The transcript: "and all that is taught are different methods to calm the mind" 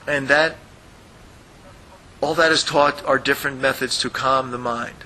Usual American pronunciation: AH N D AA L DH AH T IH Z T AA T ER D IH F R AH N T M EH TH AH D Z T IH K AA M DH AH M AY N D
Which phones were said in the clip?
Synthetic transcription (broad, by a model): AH N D AA L DH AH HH IH Z T AA T ER D IH F R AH N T M EH TH AH D Z T IH K AA M DH AH M AY N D